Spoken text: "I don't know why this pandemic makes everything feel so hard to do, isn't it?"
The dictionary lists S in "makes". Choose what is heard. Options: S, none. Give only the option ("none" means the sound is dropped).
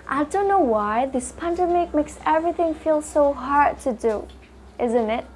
S